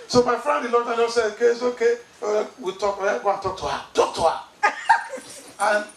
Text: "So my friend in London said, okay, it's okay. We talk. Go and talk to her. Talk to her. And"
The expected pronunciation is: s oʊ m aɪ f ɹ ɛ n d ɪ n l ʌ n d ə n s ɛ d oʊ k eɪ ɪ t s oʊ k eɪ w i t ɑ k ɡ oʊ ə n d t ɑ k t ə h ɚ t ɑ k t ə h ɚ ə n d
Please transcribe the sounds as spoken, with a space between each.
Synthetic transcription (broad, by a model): s oʊ m aɪ f ɹ ɛ n d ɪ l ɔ d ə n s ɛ oʊ k eɪ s oʊ k eɪ w i t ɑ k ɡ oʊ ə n t ɑ k t ə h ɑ t ɑ k t ə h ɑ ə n